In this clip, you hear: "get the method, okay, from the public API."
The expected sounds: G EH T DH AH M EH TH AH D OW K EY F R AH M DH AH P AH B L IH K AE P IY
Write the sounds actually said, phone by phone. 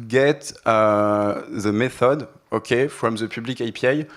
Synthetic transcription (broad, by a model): G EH T DH AH M EH TH AH D OW K EY F R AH M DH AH P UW B L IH K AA P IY